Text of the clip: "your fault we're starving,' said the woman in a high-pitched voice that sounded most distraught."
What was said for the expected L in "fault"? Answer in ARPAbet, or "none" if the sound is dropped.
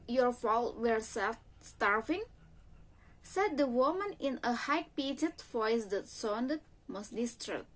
L